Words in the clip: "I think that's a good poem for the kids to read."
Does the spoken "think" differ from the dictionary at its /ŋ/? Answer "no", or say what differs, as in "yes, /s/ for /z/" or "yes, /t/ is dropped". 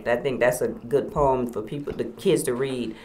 no